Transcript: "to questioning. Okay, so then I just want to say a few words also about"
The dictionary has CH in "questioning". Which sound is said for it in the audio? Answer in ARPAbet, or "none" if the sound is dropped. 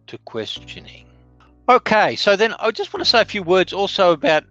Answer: CH